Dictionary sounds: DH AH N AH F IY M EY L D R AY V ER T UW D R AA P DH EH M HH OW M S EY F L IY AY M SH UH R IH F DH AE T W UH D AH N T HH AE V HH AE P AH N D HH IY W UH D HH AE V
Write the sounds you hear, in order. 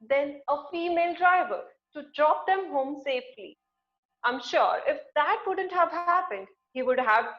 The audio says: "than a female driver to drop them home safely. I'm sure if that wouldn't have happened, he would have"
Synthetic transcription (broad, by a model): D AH N AH F IY M EY L D R AY V ER T UW D R AA P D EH M HH OW M S EY F L IY AY M SH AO R IH F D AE T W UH D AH N T HH AE V HH AE P AH N D HH IY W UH D HH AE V